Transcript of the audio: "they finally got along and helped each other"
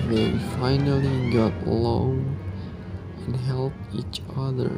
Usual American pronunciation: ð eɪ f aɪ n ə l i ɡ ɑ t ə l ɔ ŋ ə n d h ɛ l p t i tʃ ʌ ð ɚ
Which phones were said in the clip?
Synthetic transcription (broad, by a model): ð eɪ f aɪ n ə l i ɡ ɑ t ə l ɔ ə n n h ɛ l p i tʃ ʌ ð ɚ